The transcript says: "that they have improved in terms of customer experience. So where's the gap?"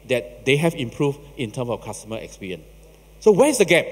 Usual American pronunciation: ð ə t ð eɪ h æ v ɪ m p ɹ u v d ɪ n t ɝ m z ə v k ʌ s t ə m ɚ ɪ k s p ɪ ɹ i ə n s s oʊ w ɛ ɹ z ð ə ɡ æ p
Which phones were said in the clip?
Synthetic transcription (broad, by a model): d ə t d eɪ h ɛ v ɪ m p ɹ u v ɪ n t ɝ m s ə f k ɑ s t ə m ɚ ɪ k s p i ɹ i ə n s s oʊ w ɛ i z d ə ɡ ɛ p